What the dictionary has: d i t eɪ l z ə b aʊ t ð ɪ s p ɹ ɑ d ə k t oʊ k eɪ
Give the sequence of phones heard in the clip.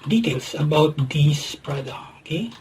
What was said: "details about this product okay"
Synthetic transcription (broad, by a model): d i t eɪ l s ə b aʊ t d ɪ s p ɹ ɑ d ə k oʊ k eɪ